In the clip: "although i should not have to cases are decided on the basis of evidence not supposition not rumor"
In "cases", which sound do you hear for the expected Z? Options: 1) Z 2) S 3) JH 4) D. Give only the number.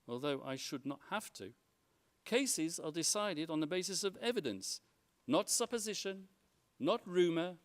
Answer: 1